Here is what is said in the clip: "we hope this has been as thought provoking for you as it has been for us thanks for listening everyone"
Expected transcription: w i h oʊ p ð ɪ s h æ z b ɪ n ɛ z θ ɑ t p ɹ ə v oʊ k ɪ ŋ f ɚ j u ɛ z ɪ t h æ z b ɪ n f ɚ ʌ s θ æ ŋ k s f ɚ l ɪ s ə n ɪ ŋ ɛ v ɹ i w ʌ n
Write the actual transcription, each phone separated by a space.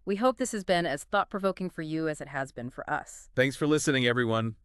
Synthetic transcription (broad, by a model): w i h oʊ p ð ɪ s h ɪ z b ɪ n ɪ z θ ɑ t p ɹ ə v oʊ k ɪ ŋ f ɚ j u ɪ z ɪ t h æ z b ɪ n f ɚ ʌ s θ æ ŋ k s f ɚ l ɪ s ə n ɪ ŋ ɛ v ɹ i w ʌ n